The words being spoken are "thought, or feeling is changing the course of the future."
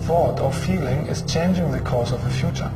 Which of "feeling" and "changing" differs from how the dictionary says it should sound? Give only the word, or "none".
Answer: none